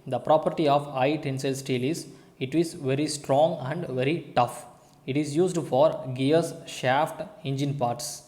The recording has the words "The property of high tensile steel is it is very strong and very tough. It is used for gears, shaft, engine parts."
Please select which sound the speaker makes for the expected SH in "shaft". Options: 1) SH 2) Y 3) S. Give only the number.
1